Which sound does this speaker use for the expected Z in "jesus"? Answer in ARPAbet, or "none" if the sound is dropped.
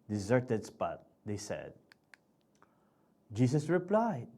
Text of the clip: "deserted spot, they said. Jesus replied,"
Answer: S